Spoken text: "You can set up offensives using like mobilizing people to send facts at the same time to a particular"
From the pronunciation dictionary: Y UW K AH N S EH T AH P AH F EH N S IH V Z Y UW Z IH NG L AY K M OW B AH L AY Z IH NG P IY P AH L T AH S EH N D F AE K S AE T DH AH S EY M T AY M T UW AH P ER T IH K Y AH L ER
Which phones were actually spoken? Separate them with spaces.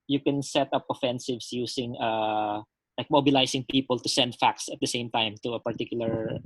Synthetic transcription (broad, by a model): Y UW K AH N S EH T AH P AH F EH N S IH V S Y UW S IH NG L AY K M OW B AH L AY S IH NG P IY P AH L T AH S EH N D F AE K S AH T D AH S EY M T AY M T UW AH P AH T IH K Y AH L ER